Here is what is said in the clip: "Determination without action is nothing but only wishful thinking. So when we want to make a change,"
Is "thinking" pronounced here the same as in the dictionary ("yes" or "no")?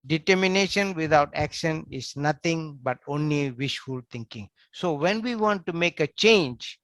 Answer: no